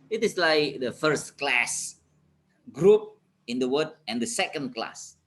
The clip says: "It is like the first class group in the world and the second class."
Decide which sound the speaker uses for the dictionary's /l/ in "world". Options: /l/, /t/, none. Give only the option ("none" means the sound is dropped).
none